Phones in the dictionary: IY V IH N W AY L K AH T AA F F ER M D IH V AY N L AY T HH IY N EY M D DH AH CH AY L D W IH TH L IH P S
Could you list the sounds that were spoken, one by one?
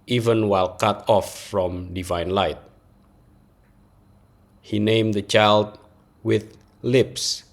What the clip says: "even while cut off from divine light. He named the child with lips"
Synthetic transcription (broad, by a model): IY V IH N W AY L K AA T AA F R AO M D IH V AY N L AY T HH IY N EY M D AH CH AY L D W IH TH L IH P S